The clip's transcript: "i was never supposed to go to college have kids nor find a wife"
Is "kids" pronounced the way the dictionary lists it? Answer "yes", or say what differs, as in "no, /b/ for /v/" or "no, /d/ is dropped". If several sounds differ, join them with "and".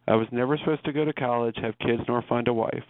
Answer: yes